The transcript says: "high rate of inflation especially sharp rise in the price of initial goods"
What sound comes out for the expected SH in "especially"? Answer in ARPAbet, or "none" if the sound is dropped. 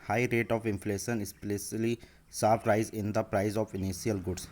S